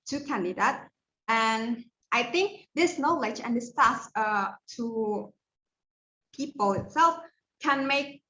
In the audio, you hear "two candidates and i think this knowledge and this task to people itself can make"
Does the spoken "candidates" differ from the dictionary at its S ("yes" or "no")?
yes